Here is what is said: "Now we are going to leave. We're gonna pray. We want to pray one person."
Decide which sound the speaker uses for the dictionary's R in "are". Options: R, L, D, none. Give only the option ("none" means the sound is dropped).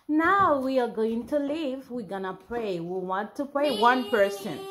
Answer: R